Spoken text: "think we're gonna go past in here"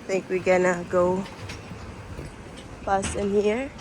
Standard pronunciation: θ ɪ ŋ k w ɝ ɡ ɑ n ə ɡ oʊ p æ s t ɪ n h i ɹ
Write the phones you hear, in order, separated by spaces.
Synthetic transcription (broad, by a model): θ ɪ ŋ k w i ɡ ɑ n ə ɡ oʊ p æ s ɪ n h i ɹ